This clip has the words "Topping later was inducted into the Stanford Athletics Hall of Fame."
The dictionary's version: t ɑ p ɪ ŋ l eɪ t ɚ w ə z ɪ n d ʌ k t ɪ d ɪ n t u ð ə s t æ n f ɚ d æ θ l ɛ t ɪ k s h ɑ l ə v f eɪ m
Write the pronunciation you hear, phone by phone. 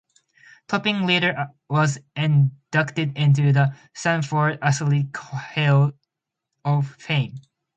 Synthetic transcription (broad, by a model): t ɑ p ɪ ŋ l eɪ t ɚ w ə z ɪ n d ʌ k t ɪ d ɪ n t u ð ə s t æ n f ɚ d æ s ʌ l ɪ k h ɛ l ə v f eɪ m